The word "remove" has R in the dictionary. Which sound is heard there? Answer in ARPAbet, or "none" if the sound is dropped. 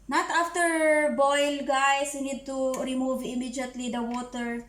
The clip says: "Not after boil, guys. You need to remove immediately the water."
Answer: R